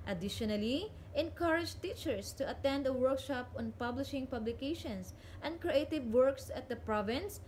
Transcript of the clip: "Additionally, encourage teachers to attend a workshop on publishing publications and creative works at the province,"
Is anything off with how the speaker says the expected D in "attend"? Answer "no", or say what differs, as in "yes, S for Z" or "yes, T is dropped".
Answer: no